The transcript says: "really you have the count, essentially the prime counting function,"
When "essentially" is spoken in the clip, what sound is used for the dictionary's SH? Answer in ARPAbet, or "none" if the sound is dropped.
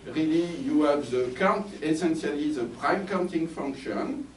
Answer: S